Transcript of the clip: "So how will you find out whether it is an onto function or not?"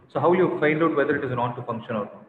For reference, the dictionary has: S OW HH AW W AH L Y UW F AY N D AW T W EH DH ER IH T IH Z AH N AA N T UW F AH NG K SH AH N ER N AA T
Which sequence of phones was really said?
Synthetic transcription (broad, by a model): S OW HH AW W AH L Y UW F AY N D AW T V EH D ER IH T IH Z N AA T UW F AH NG K SH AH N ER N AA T